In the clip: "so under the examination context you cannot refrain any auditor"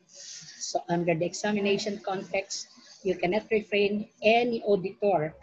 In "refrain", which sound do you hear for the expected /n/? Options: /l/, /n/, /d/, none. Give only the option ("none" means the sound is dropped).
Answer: /n/